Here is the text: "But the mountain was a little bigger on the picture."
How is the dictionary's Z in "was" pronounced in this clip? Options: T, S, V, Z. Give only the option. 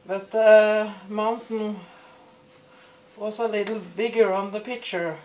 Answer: S